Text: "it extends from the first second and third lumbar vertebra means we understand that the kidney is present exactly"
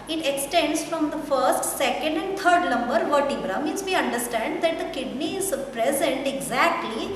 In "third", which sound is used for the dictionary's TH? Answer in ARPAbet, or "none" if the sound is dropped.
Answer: T